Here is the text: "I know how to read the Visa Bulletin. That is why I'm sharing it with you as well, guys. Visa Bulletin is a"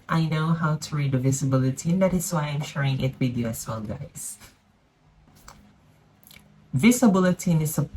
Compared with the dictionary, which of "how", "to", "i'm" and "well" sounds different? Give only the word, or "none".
none